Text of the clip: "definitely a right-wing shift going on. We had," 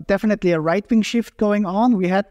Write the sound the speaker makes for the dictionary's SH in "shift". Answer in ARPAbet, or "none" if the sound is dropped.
SH